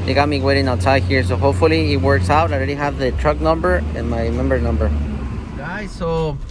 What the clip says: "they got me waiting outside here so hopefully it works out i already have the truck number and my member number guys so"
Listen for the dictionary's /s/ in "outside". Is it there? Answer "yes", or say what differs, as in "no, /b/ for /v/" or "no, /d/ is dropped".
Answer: no, /s/ is dropped